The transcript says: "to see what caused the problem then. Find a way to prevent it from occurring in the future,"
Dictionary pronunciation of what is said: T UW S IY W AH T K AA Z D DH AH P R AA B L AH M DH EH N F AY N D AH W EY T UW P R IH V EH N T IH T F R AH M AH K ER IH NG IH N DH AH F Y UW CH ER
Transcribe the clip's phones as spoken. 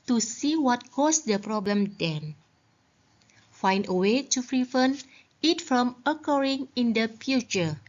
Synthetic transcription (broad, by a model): T UW S IY W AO T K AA S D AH P R AA B L AH M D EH N F AY N D AH W EY T UW F R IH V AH N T IH T F R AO M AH K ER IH NG IH N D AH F Y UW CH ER